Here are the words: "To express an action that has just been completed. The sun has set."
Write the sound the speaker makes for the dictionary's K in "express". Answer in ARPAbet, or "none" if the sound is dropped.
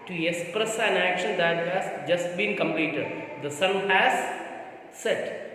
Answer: K